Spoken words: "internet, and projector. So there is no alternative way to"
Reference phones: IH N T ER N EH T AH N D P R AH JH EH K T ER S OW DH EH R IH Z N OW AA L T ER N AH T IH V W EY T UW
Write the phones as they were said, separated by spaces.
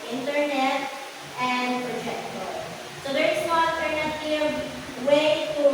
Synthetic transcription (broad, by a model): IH N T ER N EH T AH N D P R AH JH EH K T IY S OW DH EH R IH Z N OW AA T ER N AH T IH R W EY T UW